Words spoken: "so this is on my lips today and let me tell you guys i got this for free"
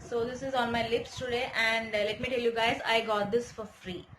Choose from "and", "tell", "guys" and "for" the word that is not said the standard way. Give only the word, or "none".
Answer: none